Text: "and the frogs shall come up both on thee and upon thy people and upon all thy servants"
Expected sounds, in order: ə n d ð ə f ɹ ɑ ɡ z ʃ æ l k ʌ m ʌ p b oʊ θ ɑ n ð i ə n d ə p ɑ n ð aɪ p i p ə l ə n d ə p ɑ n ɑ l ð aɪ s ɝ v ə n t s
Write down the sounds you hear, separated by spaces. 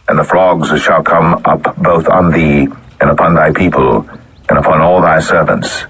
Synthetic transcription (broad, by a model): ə n ð ə f l ɑ ɡ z ʃ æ l k ʌ m ʌ p b oʊ θ n ð i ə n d ə p ɑ n ð aɪ p i p ə l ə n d ə p ɑ n ɑ l ð aɪ s ɝ v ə n t s